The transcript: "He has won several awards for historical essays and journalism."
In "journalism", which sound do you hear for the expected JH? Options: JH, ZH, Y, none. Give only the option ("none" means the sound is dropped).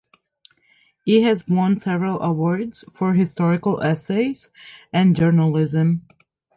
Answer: JH